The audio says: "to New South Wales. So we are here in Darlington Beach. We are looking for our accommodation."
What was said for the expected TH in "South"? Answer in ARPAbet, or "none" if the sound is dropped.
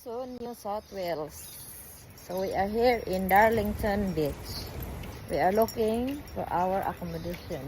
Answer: T